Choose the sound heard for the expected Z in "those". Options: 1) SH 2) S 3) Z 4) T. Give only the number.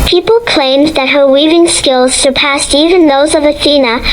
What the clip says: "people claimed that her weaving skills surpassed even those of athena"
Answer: 3